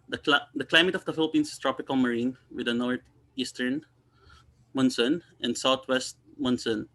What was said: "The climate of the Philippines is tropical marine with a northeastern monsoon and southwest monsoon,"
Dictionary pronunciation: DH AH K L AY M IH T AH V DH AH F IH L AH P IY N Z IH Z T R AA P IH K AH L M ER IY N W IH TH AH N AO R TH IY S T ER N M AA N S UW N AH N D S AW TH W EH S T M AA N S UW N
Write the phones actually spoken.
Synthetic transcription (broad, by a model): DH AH K L AY M IH T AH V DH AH F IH L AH P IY N S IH S T R AA P IH K AH L M ER IY N W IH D AH N AO R T IY S T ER N M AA N S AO N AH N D S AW T W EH S T M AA N S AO N